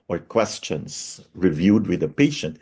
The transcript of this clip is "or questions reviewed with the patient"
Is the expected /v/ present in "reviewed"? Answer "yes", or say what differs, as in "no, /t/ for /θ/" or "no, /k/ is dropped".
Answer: yes